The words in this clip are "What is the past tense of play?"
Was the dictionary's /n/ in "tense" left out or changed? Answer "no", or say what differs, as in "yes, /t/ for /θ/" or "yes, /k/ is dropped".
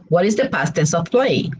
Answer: yes, /n/ is dropped